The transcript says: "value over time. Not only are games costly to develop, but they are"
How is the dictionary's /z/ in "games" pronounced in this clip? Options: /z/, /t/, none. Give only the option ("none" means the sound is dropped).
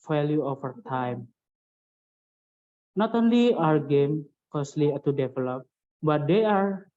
none